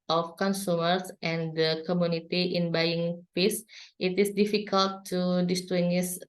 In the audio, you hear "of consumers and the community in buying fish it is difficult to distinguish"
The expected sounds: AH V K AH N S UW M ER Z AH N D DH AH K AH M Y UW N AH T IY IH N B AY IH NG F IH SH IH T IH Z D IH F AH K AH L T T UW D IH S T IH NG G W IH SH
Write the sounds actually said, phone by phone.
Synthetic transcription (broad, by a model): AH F K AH N S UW M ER S AH N D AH K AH M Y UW N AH T IY IH N B AY IH NG P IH S IH T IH S D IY F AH K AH L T T UW D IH S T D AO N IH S